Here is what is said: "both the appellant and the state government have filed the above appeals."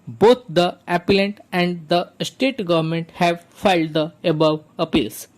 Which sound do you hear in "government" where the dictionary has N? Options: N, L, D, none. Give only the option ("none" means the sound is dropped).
N